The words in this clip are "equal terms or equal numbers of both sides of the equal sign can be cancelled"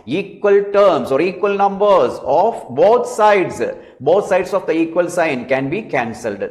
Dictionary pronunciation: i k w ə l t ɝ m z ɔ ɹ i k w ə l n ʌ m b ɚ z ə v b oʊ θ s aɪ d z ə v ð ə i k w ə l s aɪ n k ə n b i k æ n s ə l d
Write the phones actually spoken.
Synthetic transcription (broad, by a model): i k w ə l t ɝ m s ɔ ɹ i k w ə l n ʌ m b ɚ s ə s b oʊ t s aɪ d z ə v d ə i k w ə l s aɪ n k ə n b i k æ n s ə l d